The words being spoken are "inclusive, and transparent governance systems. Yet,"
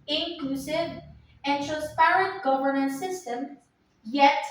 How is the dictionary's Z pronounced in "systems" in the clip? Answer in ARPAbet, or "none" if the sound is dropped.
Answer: none